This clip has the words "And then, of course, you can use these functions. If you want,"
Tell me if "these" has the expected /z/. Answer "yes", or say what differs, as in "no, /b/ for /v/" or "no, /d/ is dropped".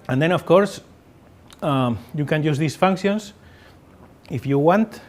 no, /s/ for /z/